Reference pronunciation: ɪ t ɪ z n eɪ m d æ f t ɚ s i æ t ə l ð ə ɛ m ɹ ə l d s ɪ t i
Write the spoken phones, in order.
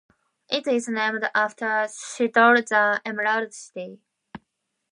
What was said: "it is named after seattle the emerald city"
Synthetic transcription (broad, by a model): ɪ t ɪ z n eɪ m d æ f t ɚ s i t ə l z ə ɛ m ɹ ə d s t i